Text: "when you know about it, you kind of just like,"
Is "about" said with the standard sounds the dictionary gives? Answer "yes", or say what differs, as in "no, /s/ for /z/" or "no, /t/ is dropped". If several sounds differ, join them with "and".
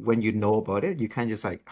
yes